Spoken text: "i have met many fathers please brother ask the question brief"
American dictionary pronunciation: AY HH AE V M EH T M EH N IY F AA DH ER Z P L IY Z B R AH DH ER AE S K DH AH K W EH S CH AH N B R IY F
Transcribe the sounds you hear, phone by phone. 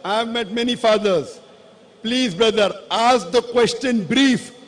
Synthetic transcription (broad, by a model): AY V M EH T M EH N IY F AA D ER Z P L IY Z B R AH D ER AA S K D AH K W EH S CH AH N B R IY F